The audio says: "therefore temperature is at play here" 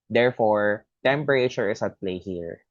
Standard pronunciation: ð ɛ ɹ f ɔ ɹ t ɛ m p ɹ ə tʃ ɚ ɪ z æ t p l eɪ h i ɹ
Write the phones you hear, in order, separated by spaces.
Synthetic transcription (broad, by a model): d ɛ ɹ f ɔ ɹ t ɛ m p ɹ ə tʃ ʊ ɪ s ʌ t p l eɪ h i ɹ